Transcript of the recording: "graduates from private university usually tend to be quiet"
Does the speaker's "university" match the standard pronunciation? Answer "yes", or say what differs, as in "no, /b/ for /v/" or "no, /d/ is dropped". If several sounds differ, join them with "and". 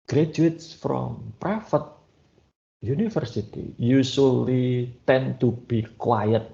no, /f/ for /v/